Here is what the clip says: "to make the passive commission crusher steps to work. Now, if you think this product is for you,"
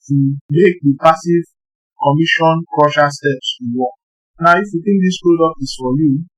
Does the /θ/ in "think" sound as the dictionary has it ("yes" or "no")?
no